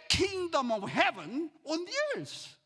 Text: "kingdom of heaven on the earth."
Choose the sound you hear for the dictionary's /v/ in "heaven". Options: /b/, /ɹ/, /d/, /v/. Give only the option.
/v/